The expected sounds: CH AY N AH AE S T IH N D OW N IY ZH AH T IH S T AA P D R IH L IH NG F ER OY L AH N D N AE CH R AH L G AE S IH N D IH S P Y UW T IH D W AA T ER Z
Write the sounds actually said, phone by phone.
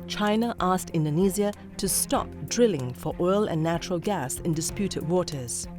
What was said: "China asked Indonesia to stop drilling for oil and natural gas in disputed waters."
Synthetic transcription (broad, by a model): CH AY N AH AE S T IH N D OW N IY Z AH T IH S T AA P D R IH L IH NG F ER OY L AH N N AE CH R AH L G AE S IH N D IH S P Y UW T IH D W AA T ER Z